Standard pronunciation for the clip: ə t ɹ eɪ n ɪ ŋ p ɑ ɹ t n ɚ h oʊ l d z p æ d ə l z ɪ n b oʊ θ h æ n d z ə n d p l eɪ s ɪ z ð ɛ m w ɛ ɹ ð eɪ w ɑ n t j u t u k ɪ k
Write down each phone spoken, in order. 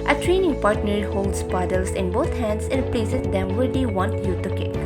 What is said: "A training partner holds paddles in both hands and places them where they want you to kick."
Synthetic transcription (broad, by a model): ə t ɹ eɪ n ɪ ŋ p ɑ ɹ t n ɚ h oʊ l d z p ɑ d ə l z ɪ n b oʊ t h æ n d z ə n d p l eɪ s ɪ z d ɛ m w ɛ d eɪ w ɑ n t j u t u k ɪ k